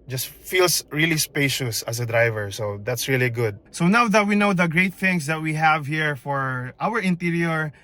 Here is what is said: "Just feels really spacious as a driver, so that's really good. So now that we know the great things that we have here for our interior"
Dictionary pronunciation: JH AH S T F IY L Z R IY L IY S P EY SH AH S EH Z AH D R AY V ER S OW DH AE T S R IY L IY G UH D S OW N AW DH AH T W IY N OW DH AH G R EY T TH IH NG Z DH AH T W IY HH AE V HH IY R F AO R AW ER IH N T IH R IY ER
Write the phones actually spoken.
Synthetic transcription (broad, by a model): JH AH S T F IY L S R IY L IY S P EY SH AH S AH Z AH D R AY V ER S OW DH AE T S R IY L IY G UH D S OW N AW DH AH T W IY N OW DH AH G R EY T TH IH NG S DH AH T W IY HH AE V HH IY R F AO R AW ER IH N T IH R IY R